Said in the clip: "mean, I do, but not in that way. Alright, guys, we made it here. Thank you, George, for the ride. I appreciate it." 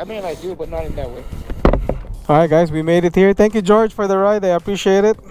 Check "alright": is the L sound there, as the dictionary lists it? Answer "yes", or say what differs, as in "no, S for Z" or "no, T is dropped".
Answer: no, L is dropped